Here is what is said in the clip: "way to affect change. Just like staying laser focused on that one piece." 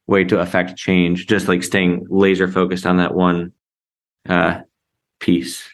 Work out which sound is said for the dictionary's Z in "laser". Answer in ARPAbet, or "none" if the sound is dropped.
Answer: Z